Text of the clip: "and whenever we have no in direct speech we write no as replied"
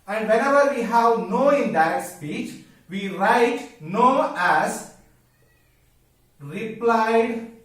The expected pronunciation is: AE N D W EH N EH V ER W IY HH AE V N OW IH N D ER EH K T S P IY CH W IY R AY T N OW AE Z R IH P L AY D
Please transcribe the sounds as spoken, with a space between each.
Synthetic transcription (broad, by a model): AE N D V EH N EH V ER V IY HH AE V N OW IH N D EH T S P IY CH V IY R AY T N OW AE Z R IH P L AY D